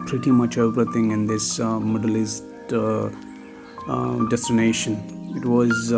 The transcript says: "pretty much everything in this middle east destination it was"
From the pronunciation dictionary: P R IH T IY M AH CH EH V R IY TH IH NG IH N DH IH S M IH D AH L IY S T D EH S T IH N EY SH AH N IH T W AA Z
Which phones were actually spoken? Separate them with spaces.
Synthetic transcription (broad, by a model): P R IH T IY M AH CH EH P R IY T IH NG IH N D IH S M IH D AH L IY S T D EH S T IH N EY SH AH N IH T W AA Z